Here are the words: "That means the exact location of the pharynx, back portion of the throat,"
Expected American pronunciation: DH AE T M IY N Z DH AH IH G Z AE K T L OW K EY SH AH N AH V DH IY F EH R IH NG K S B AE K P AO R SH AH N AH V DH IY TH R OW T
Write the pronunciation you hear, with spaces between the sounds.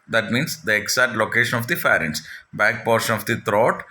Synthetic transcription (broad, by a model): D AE T M IY N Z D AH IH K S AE T L OW K EY SH AH N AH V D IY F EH R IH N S B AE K P AO R SH AH N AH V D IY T R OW T